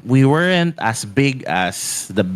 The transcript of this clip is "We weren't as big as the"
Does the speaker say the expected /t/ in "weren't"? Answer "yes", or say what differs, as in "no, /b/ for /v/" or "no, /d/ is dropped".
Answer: yes